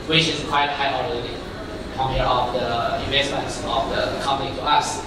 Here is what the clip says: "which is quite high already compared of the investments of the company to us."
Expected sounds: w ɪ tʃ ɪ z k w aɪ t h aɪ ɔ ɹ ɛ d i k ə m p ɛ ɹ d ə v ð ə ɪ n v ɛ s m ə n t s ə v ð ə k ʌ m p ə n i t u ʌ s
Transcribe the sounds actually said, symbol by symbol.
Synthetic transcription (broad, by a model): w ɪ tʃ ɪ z k w aɪ t h aɪ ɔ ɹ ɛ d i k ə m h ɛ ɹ ə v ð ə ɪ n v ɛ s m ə n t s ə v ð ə k ʌ m p ə n i t u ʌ s